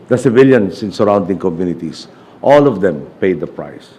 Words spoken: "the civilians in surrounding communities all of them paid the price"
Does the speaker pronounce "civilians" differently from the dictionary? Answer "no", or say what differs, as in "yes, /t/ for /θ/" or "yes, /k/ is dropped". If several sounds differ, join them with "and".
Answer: yes, /s/ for /z/